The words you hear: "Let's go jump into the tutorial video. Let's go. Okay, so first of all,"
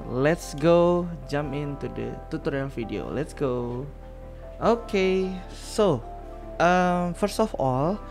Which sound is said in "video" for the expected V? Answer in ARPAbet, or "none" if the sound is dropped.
F